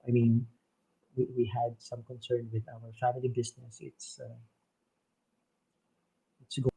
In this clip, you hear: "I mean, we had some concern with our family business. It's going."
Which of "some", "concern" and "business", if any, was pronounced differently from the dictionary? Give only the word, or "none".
business